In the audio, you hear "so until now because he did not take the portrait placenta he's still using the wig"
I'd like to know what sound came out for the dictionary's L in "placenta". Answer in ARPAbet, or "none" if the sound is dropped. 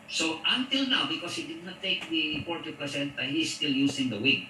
none